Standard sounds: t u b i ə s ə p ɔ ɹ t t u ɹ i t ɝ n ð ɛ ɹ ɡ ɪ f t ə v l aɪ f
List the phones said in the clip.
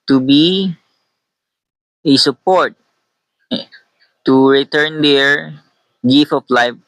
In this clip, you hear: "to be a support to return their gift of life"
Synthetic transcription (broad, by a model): t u b i ə s ə p ɔ ɹ t t u ɹ i t ɝ n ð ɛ ɹ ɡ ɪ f ə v l aɪ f